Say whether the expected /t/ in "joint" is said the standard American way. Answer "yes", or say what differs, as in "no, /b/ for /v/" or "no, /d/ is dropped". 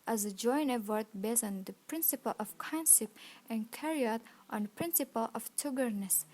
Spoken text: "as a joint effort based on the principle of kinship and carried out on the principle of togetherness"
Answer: no, /t/ is dropped